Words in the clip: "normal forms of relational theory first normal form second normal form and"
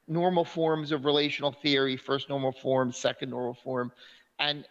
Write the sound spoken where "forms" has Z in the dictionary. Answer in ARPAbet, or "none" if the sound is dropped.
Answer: Z